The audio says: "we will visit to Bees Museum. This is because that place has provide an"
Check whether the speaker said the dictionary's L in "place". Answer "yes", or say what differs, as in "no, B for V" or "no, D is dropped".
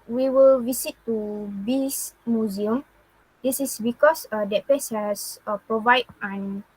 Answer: no, L is dropped